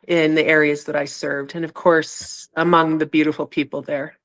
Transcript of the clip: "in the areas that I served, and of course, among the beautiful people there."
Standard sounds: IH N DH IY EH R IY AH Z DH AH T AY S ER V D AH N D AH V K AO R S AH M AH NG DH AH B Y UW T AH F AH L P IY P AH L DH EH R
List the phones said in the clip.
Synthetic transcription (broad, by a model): IH N DH IY EH R IY AH Z DH AH T AY S ER V D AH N AH V K AO R S AH M AH NG DH AH B Y UW T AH F L P IY P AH L DH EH R